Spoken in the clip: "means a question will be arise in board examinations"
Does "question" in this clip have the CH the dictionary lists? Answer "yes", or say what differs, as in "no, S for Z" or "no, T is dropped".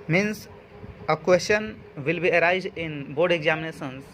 no, SH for CH